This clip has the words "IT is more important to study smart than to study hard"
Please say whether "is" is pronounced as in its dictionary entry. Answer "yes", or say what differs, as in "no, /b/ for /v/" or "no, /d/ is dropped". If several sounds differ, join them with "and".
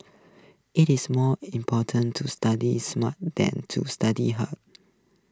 no, /s/ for /z/